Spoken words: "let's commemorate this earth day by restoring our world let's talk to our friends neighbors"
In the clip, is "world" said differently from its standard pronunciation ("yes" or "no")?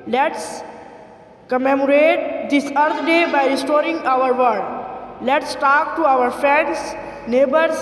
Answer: yes